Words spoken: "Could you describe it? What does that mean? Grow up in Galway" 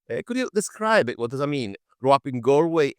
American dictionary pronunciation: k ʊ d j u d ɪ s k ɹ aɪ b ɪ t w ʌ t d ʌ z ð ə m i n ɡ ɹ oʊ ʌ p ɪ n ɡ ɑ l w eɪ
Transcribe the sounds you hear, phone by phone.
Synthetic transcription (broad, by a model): k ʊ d j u d ɪ s k ɹ aɪ b ɪ t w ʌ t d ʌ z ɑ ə m i n ɡ ɹ oʊ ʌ p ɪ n ɡ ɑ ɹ w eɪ